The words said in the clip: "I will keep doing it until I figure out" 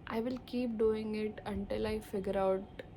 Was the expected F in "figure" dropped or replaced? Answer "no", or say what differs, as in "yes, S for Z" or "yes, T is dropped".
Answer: no